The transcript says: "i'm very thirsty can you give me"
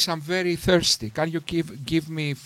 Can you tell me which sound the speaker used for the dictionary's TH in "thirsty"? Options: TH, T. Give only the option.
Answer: TH